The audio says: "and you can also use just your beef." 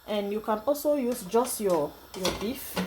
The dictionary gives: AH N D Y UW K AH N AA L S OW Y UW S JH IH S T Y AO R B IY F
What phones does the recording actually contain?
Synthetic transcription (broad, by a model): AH N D Y UW K AH N AA L S OW Y UW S JH IH S T Y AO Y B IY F